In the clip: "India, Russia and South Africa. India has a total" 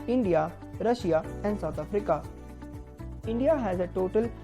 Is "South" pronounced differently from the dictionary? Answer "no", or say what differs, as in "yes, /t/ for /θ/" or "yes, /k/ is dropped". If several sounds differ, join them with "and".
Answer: yes, /t/ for /θ/